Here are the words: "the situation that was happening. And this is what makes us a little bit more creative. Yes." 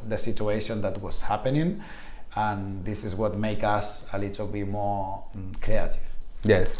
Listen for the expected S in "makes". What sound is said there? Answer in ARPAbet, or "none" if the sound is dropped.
none